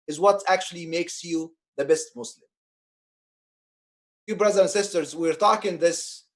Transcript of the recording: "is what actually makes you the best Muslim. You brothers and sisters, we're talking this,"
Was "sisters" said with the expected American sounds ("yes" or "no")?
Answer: yes